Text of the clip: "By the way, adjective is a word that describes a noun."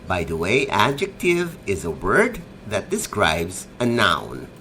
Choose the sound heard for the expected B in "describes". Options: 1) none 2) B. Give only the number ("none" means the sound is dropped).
2